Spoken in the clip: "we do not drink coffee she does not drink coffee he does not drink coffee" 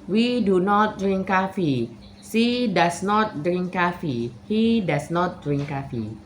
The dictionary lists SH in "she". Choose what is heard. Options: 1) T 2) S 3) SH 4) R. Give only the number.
2